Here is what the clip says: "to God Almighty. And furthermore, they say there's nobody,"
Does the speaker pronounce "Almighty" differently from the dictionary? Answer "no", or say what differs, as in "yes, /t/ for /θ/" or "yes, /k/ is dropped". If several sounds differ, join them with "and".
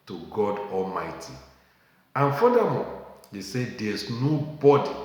no